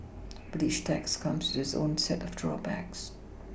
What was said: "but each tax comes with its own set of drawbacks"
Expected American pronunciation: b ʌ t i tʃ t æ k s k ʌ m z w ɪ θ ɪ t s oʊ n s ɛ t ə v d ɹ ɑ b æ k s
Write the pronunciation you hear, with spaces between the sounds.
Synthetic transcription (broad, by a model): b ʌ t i ʃ t æ k s k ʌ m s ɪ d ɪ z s oʊ n s ɛ t ə v d ɹ ɑ b æ k s